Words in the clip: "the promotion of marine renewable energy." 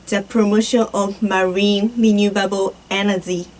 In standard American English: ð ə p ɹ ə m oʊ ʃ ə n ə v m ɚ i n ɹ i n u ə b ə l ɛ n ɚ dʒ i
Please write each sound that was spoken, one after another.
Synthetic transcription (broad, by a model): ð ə p ɹ ə m oʊ ʃ ə n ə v m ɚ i n l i n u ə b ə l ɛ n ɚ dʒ i